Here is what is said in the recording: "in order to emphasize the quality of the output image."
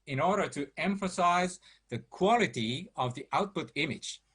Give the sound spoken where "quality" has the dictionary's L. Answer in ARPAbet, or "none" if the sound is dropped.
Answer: L